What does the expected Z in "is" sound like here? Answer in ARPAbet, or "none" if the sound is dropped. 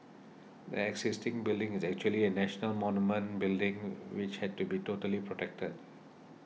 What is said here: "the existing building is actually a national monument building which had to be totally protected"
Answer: Z